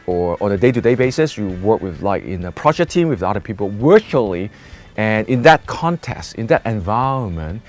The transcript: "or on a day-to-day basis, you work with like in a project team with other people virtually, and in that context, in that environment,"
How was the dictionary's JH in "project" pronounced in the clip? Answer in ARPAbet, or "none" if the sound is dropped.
SH